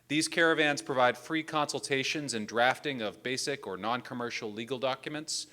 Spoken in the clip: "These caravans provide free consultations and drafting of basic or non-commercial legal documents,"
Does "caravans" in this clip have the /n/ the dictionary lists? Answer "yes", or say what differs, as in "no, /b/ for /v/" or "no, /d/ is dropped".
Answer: yes